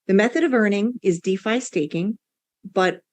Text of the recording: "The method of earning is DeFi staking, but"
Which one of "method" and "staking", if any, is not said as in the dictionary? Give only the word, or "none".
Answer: none